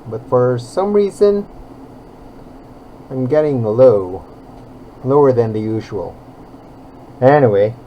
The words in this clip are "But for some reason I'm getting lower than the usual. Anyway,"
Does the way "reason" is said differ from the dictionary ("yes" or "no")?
no